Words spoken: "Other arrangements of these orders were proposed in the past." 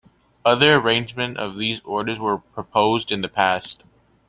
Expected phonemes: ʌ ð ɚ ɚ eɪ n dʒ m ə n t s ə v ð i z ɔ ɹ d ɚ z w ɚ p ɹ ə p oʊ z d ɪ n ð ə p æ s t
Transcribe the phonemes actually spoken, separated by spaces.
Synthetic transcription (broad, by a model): ʌ ð ɚ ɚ eɪ n dʒ m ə n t ə v ð i z ɔ ɹ d ɚ z w ɚ p ɹ ə p oʊ z d ɪ n ð ə p æ s t